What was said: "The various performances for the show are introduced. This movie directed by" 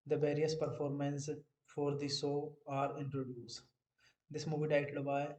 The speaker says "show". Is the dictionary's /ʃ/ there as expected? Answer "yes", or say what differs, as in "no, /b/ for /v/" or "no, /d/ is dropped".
no, /s/ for /ʃ/